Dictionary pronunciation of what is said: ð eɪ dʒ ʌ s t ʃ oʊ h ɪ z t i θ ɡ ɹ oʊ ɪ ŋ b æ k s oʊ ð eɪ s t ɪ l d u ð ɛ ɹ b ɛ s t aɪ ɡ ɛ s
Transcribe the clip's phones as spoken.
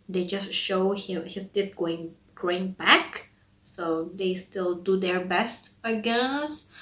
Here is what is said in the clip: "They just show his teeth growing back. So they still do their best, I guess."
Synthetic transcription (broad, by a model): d eɪ dʒ ʌ s t ʃ oʊ h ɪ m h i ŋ ɡ ɹ oʊ ɪ ŋ b æ k s oʊ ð eɪ s t ɪ l d u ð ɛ ɹ b ɛ s t aɪ ɡ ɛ s